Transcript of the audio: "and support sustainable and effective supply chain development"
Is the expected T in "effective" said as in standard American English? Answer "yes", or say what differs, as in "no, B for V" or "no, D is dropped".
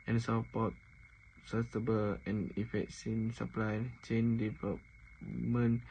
no, S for T